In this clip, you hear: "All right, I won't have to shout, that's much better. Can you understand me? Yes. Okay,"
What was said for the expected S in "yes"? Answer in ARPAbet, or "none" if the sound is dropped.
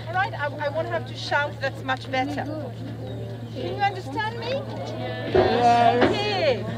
none